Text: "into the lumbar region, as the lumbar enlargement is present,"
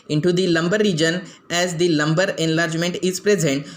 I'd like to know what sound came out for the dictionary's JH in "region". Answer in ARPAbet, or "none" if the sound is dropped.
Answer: JH